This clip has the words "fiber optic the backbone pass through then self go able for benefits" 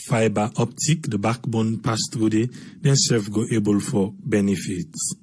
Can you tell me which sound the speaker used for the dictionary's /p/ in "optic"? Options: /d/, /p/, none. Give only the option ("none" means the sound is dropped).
/p/